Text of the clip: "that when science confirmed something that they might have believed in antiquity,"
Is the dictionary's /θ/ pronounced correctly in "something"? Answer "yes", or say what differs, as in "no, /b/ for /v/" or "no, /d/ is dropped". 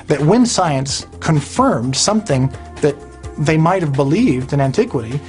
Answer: yes